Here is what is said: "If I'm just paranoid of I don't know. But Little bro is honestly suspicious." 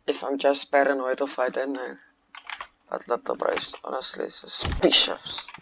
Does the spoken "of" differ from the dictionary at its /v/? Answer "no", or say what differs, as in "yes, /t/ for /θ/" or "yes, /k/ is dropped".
yes, /f/ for /v/